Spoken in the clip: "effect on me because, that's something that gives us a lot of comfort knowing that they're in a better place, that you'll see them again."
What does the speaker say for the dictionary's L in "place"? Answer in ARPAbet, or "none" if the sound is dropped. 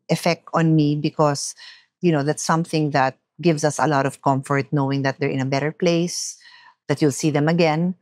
L